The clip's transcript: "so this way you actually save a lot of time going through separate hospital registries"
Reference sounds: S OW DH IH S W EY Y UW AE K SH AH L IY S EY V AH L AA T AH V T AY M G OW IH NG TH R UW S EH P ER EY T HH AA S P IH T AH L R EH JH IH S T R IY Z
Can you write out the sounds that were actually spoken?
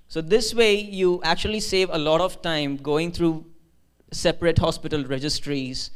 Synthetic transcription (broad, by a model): S OW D IH S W EY Y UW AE K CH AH L IY S EY V AH L AA T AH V T AY M G OW IH NG T R UW S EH P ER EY T HH AA S P IH T AH L R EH JH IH S T R IY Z